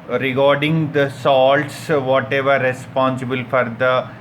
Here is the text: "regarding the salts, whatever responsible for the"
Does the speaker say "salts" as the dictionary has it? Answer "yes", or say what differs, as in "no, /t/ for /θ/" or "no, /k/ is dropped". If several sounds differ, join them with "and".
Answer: yes